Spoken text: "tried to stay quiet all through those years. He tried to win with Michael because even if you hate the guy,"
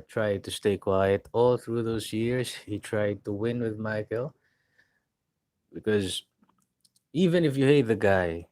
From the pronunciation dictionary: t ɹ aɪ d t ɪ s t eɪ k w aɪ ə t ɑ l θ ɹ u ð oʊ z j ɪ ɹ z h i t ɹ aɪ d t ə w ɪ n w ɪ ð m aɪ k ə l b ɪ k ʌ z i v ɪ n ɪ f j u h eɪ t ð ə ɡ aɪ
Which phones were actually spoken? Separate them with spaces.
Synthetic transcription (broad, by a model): t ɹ aɪ d t ɪ s t eɪ k w aɪ ə t ɑ l θ ɹ u ð oʊ z j ɪ ɹ z h i t ɹ aɪ d t ə w ɪ n w ɪ ð m aɪ k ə l b ɪ k ʌ z i v ɪ n ɪ f j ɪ h eɪ t ð ə ɡ aɪ